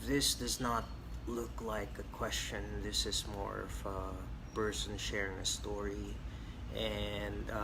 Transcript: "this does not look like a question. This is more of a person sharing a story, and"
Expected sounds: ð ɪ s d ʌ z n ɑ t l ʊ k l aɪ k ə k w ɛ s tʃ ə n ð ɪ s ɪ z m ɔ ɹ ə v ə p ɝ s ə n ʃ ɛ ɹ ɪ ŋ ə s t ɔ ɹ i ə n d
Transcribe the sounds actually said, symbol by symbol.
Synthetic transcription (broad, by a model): ð ɪ s d ʌ z n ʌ t l ʊ k l aɪ k ə k w ɛ s tʃ ə n ð ɪ s ɪ z m ɔ ɹ ə v ə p ɝ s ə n ʃ ɛ ɹ ɪ ŋ ə s t ɔ ɹ i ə n